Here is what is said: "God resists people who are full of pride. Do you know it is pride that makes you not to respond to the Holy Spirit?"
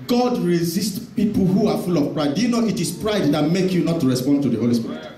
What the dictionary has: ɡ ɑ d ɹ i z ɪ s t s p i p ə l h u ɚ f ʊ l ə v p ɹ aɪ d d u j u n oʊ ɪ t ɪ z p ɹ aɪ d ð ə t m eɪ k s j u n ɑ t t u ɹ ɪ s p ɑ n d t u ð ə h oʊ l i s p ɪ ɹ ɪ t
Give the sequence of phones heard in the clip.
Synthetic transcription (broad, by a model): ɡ ɑ d ɹ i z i s t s p i p l h u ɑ f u l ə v p ɹ aɪ d d u j u n oʊ ɪ t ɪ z p ɹ aɪ d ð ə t m eɪ k j u n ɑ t t u ɹ ɪ s p ɑ n d t u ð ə h oʊ l i s p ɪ ɹ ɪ t